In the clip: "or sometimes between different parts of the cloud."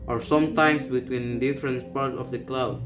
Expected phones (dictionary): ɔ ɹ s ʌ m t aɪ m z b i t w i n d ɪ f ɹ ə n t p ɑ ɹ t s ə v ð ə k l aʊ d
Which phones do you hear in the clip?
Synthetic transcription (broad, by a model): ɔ ɹ s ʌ m t aɪ m s b i t w i n d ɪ f ɹ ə n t p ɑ ɹ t ə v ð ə k l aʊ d